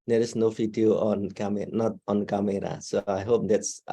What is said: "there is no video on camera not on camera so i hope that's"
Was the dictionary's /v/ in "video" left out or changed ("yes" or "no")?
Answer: yes